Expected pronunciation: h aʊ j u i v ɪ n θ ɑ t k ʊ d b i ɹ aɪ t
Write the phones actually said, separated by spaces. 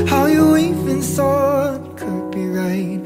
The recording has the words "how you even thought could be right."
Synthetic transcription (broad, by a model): h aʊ j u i f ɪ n s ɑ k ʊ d b i ɹ aɪ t